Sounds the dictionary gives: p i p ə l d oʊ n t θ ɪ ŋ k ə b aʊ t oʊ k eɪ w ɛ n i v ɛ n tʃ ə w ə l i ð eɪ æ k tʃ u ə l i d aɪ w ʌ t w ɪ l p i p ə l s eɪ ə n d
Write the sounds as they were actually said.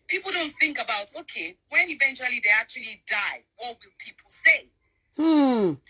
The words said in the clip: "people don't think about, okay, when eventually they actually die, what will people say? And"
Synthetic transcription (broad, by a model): p i p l d oʊ n t θ ɪ ŋ k ə b aʊ t oʊ k eɪ w ɛ n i v ɛ n tʃ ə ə l i ð eɪ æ k tʃ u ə l i d aɪ w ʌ t w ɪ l p i p l s eɪ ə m